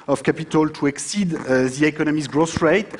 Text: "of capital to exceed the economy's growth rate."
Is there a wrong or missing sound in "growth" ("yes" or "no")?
yes